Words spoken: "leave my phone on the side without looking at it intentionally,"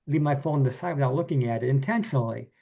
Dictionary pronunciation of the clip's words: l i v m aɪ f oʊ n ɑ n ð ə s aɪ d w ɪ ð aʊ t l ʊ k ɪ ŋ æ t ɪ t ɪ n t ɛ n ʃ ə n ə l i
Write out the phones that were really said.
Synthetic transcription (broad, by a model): l i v m aɪ f oʊ ʊ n ð ə s aɪ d w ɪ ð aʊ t l ʊ k ɪ ŋ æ t ɪ t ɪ n t ɛ n ʃ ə n l i